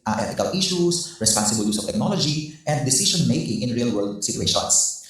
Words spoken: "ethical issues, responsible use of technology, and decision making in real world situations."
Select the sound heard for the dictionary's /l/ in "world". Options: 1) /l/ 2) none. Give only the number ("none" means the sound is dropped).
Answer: 1